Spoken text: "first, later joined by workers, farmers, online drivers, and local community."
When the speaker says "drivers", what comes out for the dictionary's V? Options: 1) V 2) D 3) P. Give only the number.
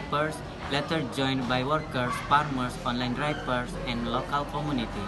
3